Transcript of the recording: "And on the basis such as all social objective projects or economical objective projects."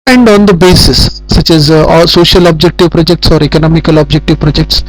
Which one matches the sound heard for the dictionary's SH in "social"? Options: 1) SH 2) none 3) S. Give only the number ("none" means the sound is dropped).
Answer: 1